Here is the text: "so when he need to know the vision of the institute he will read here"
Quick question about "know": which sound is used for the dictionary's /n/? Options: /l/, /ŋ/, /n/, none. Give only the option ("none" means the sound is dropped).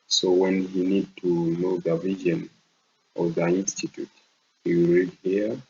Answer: /n/